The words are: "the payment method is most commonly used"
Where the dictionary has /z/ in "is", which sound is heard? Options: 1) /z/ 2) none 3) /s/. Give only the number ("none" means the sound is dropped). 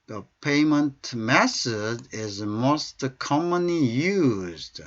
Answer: 1